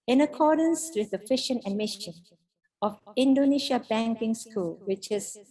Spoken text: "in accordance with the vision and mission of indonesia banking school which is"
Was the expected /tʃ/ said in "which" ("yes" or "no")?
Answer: yes